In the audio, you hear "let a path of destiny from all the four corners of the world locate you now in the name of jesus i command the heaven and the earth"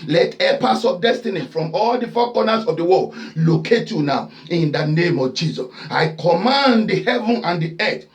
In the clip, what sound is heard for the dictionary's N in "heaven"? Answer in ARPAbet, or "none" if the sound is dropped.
N